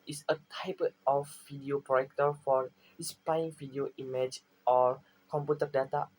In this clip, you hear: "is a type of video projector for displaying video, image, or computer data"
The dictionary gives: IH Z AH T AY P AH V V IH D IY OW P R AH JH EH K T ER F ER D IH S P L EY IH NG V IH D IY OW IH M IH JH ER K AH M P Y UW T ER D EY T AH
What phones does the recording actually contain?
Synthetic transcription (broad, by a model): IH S AH T AY P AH F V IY D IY OW P R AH EH K T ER F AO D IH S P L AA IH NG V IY D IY OW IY M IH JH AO K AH M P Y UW T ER D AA T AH